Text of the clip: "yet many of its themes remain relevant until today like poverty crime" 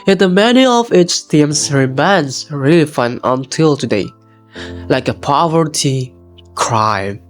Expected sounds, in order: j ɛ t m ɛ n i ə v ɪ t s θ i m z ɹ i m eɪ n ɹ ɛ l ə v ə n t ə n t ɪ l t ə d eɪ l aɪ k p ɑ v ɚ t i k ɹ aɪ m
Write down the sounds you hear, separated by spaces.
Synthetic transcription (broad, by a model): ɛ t m ɛ n i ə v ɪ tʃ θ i m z ɹ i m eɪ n ɹ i l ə f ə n ə n t ɪ l t ə d eɪ l aɪ k p ɑ v ɚ t i k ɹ aɪ m